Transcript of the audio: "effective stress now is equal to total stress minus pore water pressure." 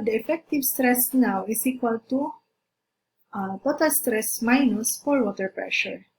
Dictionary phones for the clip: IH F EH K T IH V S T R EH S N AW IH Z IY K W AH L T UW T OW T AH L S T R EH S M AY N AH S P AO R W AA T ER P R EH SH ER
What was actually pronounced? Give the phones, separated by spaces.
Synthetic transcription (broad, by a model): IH F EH K T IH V S T R EH S N AW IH S IY K W AH L T UW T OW T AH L S T R EH S M AY N AH S F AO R W AA T ER P R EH SH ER